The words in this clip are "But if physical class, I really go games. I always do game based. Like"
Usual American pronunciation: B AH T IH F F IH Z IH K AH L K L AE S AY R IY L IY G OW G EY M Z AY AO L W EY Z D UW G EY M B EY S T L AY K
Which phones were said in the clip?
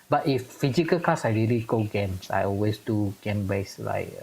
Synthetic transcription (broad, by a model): B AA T IH F F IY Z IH K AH L K AA S AY R IY L IY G OW G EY M S AY AO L W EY S D UW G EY M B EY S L AY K